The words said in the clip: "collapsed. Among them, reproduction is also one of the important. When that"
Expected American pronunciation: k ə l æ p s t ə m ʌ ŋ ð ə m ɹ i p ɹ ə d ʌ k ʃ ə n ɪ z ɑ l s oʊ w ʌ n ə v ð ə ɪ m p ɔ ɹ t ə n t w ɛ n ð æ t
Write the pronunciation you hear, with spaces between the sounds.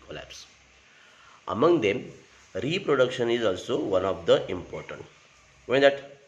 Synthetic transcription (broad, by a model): k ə l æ p s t ə m ʌ ŋ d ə m ɹ i p ɹ ə d ʌ k ʃ ə n ɪ z ɑ l s oʊ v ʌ n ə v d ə ɪ m p ɔ ɹ t ə n t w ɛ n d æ t